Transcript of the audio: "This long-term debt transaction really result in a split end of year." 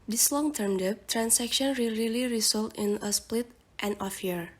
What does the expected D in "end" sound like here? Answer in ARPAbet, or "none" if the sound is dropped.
none